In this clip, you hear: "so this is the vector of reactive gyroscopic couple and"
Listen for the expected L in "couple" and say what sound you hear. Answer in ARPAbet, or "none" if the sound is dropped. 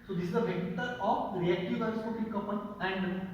N